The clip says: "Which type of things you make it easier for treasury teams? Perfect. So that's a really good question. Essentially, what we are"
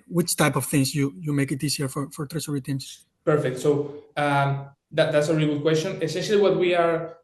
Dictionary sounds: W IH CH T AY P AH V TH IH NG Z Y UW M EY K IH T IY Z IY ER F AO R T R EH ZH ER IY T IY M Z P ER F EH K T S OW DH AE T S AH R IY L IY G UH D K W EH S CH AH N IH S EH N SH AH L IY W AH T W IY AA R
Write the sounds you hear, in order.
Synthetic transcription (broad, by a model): W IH CH T AY P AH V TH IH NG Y Y UW M EY K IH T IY S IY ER F AO R T R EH S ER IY T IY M S P ER F EH K T S OW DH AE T S AH R IY L IY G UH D K W EH S CH AH N IH S EH N SH AH L IY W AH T W IY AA R